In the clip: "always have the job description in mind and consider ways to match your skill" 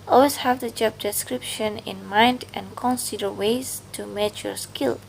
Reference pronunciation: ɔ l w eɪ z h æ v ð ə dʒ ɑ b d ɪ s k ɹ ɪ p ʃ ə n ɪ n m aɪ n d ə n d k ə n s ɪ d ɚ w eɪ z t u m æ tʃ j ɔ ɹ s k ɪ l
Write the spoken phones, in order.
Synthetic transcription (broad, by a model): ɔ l w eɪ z h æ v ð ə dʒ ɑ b d ɪ s k ɹ ɪ p ʃ ə n ɪ n m aɪ n d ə n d k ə n s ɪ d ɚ w eɪ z t u m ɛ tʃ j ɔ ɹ s k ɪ l